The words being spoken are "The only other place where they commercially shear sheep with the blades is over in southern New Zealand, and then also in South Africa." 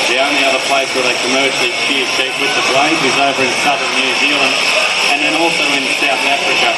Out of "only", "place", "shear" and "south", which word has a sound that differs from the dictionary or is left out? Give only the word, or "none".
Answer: shear